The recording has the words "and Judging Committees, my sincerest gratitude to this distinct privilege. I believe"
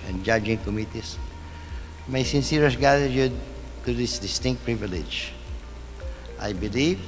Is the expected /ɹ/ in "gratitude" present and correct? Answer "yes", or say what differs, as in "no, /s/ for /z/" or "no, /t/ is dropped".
no, /ɹ/ is dropped